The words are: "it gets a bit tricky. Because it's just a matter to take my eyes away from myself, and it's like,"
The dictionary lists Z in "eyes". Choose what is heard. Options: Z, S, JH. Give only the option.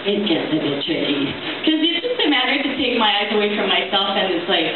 Z